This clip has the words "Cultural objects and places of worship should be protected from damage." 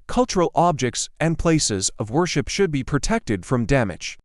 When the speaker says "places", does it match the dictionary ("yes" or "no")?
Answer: yes